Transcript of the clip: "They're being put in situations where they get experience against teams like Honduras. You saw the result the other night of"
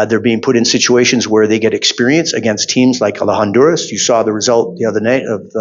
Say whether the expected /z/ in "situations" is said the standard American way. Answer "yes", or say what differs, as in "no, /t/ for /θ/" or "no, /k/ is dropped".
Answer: yes